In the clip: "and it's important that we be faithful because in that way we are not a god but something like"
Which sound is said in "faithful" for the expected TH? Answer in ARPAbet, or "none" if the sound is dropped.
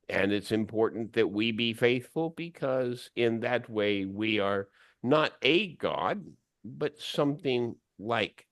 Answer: TH